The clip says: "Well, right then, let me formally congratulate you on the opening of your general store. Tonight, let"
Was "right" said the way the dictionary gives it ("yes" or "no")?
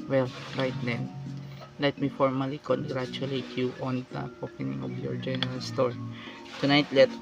yes